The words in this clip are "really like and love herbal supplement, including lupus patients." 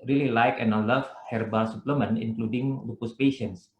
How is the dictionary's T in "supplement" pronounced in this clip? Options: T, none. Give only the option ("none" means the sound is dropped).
none